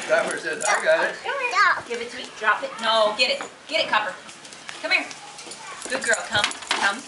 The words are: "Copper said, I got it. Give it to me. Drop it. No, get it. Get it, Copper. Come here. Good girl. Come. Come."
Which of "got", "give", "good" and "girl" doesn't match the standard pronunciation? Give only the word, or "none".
got